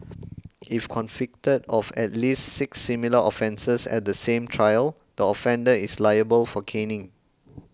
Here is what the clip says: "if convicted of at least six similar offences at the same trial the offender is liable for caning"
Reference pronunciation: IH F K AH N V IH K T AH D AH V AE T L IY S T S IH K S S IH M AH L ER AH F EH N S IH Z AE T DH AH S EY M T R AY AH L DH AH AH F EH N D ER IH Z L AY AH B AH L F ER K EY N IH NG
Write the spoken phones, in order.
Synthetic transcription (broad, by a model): IH F K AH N F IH K T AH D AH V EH T L IY S T S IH K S S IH M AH L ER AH F EH N S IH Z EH T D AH S EY M T R AY AH L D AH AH F EH N D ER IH S L AY AH B AH L F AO K EY N IH NG